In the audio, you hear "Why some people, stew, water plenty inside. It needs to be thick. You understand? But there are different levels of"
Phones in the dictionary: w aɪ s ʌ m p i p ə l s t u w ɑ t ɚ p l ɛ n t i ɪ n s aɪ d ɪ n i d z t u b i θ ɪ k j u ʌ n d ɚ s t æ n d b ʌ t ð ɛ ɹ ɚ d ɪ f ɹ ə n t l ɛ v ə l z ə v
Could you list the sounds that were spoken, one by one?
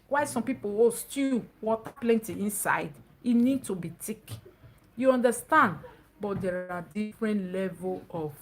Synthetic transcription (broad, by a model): w aɪ s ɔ m p i p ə w s t u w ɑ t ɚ p l ɛ n t i ɪ n s aɪ d ɪ n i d t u b i t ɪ k j u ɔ n d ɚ s t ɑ n d b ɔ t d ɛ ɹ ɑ d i f ɹ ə n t l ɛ v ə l ə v